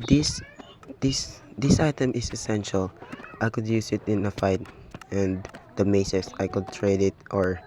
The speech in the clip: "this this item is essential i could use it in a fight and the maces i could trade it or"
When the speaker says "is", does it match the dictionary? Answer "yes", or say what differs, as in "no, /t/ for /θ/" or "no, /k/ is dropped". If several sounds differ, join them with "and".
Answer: no, /s/ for /z/